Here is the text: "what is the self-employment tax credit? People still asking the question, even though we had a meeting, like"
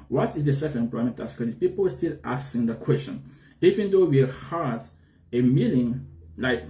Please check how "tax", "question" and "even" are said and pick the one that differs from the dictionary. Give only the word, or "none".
tax